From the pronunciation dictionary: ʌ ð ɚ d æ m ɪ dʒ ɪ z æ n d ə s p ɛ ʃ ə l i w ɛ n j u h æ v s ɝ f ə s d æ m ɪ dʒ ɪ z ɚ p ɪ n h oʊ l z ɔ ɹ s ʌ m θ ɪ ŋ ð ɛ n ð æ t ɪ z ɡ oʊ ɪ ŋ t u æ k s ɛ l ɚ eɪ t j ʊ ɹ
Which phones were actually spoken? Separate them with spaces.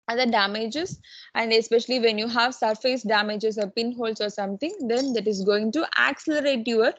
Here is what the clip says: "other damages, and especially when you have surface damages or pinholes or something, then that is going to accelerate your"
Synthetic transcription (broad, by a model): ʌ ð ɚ d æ m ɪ dʒ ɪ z æ n d ə s p ɛ ʃ ə l i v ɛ n j u h æ v s ɝ f ə s d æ m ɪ dʒ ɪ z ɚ p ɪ n h oʊ l s ɔ ɹ s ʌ m t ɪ ŋ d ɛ n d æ t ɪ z ɡ oʊ ɪ ŋ t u æ k s ɛ l ɚ eɪ t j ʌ ɹ